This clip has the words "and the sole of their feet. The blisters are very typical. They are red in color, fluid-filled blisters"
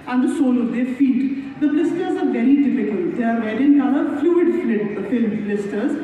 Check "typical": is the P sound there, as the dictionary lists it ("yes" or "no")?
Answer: no